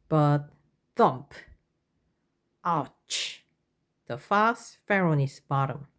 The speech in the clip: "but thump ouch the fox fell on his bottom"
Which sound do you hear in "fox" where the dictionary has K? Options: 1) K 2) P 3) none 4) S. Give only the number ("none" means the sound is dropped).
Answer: 3